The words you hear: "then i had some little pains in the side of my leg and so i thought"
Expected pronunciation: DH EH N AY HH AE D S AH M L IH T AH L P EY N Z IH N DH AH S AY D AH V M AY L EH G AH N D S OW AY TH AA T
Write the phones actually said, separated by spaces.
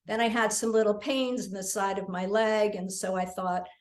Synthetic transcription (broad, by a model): DH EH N AY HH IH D S AH M L IH T L P EY N Z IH N DH AH S AY D AH V M AY L EH G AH N S OW AY TH AA T